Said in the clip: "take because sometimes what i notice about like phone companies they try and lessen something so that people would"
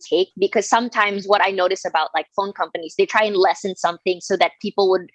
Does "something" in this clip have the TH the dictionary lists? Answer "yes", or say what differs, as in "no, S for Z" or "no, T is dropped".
yes